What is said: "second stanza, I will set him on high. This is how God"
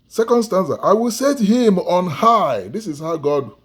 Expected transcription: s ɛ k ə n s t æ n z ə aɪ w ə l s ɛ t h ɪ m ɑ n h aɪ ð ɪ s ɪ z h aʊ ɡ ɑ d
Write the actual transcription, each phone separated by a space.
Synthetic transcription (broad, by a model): s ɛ k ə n s t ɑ n s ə aɪ w ə l s ɛ t h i m ɑ n h aɪ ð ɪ s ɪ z h aʊ ɡ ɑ d